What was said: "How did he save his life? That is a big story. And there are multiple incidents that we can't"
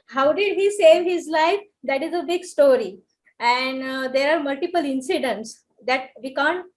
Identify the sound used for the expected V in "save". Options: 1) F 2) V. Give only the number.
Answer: 2